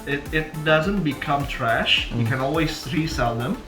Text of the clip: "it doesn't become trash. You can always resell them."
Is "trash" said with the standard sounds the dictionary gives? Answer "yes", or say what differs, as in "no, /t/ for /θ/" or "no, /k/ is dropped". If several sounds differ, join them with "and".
yes